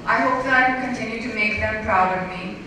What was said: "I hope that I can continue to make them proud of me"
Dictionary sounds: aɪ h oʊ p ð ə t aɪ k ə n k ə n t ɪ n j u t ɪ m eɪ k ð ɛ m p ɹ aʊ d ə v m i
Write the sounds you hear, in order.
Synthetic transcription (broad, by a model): aɪ h oʊ p ð ə t aɪ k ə l k ə n t ɪ n j u t ɪ m eɪ k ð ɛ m p ɹ aʊ d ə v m i